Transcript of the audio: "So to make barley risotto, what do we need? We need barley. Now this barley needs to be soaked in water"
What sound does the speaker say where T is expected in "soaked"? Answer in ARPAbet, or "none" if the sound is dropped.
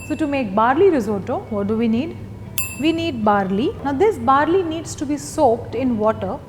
T